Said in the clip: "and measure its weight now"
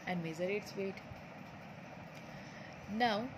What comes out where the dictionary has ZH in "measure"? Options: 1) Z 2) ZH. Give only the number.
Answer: 1